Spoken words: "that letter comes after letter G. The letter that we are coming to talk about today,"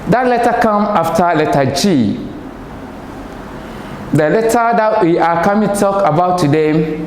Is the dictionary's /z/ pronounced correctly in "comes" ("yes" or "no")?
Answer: no